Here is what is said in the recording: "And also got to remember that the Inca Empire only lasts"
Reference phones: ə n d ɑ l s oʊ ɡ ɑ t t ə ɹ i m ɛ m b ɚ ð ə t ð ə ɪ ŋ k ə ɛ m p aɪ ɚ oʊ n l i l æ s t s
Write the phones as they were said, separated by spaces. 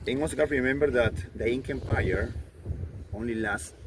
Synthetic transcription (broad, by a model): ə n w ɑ s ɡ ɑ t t ɹ i m ɛ m b ɚ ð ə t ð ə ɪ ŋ k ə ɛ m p aɪ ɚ oʊ n l i l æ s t